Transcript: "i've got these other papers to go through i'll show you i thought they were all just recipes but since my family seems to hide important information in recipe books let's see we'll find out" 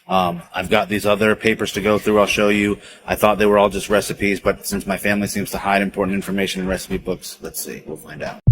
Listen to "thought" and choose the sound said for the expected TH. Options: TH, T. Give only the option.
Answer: TH